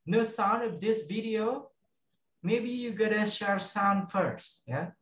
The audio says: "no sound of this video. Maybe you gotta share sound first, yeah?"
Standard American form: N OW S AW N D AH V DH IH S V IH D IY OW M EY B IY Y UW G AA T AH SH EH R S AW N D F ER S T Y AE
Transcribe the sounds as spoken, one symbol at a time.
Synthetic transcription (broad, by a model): N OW S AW N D AH V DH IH S V IH D IY OW M EY B IY Y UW G AA T AH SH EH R S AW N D F ER S T Y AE